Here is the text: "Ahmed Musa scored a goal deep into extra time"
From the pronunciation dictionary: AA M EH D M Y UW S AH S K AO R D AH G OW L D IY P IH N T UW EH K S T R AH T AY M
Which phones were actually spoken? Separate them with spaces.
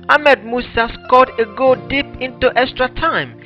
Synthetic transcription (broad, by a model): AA M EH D M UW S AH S K AO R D AH G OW D IY P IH N T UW EH K S T R AH T AY M